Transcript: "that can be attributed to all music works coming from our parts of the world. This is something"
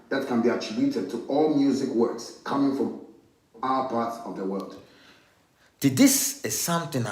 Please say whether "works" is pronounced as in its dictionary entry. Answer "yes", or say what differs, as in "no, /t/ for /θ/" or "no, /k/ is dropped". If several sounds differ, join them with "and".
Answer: yes